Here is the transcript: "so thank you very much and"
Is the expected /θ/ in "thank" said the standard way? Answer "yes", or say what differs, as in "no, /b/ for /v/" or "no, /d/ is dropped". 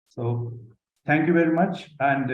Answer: no, /t/ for /θ/